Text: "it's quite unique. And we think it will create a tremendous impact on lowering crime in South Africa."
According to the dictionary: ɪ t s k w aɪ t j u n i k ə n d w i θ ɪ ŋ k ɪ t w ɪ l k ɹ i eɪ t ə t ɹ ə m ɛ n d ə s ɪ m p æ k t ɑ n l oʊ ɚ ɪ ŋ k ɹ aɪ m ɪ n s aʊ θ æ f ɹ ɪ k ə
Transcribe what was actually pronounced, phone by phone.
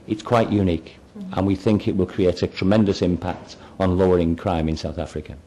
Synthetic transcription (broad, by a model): ɪ t s k w aɪ t j u n i k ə n w i θ ɪ ŋ k ɪ t w ɪ l k ɹ i eɪ t ə t ɹ ə m ɛ n d ə s ɪ m p æ k t n l oʊ ɚ ɪ ŋ k ɹ aɪ m ɪ n s aʊ θ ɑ f ɹ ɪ k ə